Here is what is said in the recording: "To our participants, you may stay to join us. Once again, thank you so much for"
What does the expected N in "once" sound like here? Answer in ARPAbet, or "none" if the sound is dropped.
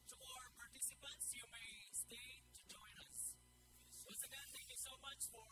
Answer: none